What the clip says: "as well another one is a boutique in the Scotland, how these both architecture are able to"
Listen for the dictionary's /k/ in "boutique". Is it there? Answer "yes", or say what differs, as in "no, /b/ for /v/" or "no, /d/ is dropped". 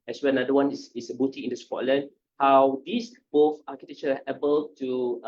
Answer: no, /k/ is dropped